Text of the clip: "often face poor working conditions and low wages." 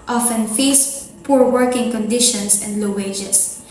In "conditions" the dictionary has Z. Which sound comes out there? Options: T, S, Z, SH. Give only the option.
S